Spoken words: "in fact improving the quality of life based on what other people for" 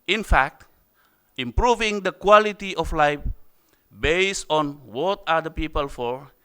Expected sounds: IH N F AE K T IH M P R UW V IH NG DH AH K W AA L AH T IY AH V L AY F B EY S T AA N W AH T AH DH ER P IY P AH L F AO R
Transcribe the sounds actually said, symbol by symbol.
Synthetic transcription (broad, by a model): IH N F AE K T IH M P R UW V IH NG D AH K W AA L AH T IY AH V L AY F B EY S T AA N W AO T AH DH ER P IY P AH L F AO R